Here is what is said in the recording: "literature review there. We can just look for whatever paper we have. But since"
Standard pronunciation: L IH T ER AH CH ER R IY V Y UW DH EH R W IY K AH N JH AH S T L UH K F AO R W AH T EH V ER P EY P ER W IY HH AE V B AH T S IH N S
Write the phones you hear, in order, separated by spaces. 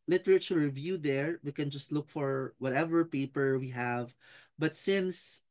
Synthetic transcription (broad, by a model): L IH T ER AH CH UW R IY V Y UW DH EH R W IY K AH N JH AH S T L UH K F AO R W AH T EH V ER P EY P ER W IY HH AE V B AH T S IH N S